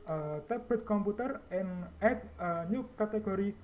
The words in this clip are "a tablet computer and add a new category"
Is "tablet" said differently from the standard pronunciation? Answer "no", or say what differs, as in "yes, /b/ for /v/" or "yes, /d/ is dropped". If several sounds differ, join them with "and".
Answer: yes, /l/ is dropped